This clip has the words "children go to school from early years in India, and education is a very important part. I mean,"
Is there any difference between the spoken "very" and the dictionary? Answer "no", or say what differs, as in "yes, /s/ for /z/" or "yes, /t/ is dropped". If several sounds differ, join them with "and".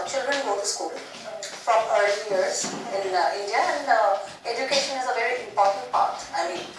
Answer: no